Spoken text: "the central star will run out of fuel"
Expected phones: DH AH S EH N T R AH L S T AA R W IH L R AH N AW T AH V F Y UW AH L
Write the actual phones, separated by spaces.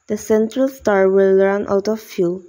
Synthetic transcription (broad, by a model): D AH S EH N T R AH L S T AA R W IH L R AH N AW T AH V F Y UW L